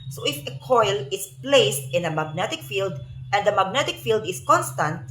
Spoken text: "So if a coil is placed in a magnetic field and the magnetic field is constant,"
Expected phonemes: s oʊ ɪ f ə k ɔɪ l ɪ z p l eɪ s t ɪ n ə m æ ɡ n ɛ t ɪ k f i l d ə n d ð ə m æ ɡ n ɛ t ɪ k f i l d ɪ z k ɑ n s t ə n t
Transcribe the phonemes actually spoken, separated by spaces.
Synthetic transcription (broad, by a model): s oʊ ɪ f ə k ɔɪ l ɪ s p l eɪ s t ɪ n ə m æ ɡ n ɛ t ɪ k f i l d ə n d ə m æ ɡ n ɛ t ɪ k f i l d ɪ s k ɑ n s t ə n t